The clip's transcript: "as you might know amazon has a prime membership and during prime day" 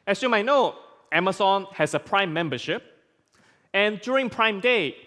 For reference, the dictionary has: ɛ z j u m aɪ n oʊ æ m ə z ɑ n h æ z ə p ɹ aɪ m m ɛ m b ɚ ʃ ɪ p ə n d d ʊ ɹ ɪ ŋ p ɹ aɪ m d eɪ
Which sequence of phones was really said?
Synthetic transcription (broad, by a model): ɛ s j u m aɪ n oʊ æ m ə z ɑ n h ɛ s ə p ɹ aɪ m m ɛ m b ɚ ʃ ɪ p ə n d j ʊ ɹ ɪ ŋ p ɹ aɪ m d eɪ